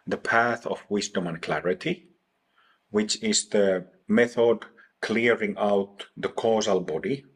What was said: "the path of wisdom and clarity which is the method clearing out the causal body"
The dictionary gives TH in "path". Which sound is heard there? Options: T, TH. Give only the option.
TH